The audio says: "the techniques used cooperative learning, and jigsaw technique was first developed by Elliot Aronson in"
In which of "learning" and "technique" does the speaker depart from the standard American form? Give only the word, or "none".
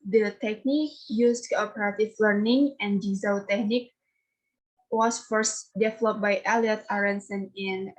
none